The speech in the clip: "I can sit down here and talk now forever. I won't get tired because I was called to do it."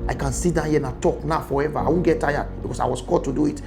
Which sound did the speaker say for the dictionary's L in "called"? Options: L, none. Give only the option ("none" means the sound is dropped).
none